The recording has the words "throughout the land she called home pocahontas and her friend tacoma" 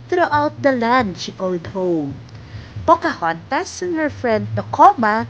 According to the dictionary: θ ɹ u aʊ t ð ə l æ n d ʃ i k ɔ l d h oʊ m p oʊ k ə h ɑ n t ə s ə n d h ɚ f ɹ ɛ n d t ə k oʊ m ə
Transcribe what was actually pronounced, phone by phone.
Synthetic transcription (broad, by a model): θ ɹ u aʊ t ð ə l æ n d ʃ i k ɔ d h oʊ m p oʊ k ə h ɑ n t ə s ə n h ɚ f ɹ ɛ n d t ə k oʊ m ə